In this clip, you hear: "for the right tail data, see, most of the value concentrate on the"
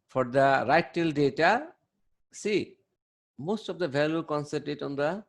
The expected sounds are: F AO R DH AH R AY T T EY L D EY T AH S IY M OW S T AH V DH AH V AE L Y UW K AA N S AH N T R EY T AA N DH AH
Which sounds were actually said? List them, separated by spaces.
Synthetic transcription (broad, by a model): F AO R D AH R AY T T EY L D EY T AH S IY M OW S T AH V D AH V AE L Y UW K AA N S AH T EY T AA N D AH